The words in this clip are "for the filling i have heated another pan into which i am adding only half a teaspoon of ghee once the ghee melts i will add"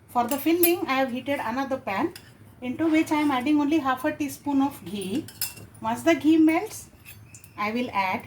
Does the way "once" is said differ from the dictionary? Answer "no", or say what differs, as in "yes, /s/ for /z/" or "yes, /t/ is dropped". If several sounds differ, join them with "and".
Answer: yes, /n/ is dropped